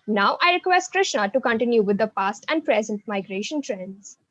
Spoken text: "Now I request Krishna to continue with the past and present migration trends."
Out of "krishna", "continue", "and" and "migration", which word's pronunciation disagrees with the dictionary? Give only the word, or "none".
none